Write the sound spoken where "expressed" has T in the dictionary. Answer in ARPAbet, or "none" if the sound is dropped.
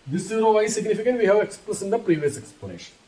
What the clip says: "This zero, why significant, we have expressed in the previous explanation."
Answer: none